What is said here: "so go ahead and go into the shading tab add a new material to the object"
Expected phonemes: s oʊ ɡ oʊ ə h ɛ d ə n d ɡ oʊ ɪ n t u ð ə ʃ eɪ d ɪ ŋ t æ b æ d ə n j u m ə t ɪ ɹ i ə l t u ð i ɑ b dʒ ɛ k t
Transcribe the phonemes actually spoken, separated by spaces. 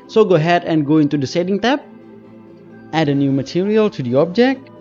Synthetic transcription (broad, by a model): s oʊ ɡ oʊ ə h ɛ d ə n ɡ oʊ ɪ n t u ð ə s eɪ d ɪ ŋ t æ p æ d ə n j u m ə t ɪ ɹ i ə l t u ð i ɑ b dʒ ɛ k t